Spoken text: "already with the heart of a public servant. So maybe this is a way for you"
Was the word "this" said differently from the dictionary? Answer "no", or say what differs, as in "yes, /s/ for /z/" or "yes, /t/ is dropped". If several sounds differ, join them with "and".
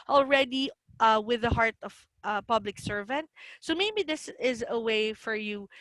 no